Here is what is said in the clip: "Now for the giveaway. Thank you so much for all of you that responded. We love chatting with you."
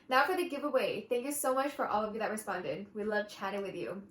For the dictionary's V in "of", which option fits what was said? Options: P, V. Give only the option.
V